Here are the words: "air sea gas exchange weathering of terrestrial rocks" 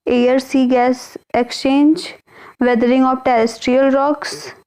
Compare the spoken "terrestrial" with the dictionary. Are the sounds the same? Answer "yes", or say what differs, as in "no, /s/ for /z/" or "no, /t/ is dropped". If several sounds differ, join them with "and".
yes